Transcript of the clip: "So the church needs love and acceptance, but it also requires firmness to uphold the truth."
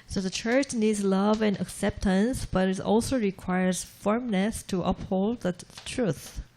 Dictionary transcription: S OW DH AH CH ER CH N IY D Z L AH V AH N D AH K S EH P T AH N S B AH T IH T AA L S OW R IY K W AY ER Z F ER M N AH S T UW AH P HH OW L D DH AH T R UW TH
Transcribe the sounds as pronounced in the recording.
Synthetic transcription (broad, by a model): S OW DH AH CH ER CH N IY D Z L AH V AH N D AH K S EH P T AH N S B AH T IH T AA L S OW R IY K W AY ER Z F ER M N AH S T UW AH P HH OW L D DH AH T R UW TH